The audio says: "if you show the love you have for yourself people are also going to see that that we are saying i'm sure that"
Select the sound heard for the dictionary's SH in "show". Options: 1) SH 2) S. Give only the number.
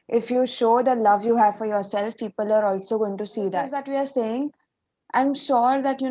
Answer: 1